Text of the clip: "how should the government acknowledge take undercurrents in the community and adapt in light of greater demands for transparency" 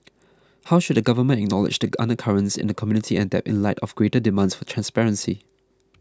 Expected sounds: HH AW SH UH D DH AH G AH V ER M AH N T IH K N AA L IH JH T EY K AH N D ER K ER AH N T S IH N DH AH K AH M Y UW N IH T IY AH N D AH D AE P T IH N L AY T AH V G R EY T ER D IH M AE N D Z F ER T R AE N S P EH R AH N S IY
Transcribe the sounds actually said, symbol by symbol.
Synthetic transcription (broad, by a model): HH AW SH UH D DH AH G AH V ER M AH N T IH K N AA L IH JH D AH AH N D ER K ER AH N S IH N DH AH K AH M Y UW N IH T IY AH N D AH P IH N L AY T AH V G R EY T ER D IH M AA N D S F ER T R AE N S P EH R AH N S IY